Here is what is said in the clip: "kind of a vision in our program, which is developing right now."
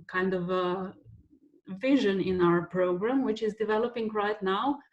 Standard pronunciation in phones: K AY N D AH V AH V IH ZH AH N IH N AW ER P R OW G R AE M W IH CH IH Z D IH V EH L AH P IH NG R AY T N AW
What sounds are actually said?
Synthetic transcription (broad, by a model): K AY N D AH V AH V IH ZH AH N IH N AW ER P R OW G R AE M W IH CH IH Z D IH V EH L AH P IH NG R AY T N AW